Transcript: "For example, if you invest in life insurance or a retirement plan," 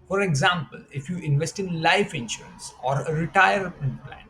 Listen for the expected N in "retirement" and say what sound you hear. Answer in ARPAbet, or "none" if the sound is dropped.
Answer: none